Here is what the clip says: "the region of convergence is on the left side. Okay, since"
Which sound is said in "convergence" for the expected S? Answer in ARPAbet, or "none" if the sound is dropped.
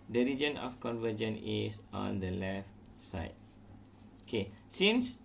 none